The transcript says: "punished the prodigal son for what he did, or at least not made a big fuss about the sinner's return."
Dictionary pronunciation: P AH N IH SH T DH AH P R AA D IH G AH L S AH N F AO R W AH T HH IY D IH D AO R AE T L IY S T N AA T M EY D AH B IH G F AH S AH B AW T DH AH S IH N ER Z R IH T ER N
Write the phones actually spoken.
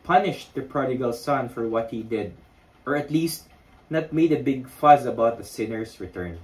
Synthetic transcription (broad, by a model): P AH N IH SH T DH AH P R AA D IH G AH L S AH N F AO R W AH T HH IY D IH D AO R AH T L IY S T N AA T M EY D AH B IH G F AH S AH B AW T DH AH S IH N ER S R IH T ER N